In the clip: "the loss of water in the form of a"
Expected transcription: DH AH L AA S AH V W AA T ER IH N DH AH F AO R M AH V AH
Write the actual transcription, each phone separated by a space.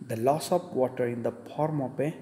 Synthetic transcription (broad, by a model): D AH L AA S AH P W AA T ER IH N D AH P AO R M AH P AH